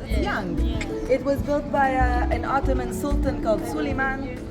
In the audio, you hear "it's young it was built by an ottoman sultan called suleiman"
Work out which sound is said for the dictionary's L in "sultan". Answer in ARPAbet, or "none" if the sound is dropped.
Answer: L